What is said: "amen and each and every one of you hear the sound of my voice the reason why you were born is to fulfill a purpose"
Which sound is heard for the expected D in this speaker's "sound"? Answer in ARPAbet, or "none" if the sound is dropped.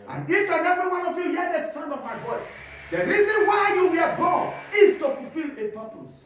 none